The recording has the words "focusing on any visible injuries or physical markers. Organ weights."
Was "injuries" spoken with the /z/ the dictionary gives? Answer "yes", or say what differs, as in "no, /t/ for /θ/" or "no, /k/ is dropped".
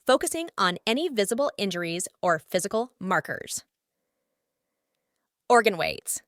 yes